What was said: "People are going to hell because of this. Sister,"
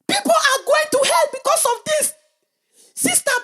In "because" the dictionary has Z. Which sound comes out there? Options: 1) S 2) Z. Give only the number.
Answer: 1